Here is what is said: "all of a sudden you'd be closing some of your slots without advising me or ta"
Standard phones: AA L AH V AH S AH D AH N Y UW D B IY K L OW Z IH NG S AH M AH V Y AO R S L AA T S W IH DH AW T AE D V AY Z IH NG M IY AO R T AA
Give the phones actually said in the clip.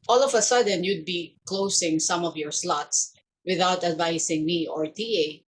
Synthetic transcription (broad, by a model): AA L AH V AH S AH D AH N Y UW D B IY K L OW S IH NG S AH M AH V Y AO R S L AA T S W IH DH AW T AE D V AY S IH NG M IY AO R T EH